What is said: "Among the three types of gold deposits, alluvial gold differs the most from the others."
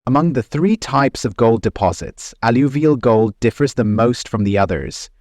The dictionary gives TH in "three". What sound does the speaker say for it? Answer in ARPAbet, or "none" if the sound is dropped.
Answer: TH